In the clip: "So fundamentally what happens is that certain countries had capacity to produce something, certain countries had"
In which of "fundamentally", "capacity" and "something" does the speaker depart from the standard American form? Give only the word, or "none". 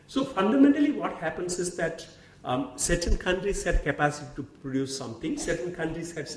something